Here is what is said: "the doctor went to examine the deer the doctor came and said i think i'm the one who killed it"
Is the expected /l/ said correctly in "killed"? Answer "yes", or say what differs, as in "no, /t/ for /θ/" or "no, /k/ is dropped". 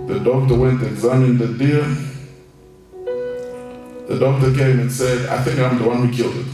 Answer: yes